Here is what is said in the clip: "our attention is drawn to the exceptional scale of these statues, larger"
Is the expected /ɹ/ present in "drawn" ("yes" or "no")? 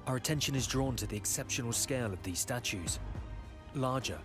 yes